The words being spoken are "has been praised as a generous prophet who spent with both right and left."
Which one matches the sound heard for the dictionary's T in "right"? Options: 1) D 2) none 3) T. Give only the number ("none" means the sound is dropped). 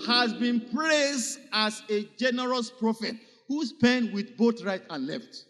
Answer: 3